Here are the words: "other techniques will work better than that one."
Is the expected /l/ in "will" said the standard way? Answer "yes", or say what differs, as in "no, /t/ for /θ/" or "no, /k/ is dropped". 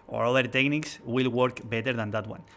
yes